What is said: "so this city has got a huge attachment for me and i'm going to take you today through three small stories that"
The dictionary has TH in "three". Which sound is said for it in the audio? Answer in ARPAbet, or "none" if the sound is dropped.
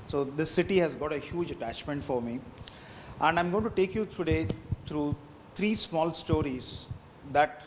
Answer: T